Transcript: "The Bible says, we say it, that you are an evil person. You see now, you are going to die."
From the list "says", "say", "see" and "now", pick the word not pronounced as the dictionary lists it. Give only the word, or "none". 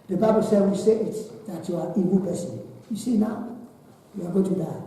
says